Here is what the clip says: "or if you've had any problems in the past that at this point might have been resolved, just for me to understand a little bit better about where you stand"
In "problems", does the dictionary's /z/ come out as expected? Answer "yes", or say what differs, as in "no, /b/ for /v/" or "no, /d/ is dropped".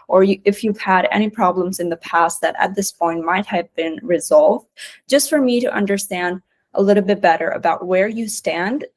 yes